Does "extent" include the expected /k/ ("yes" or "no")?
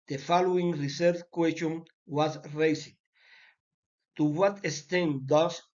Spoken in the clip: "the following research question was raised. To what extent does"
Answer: no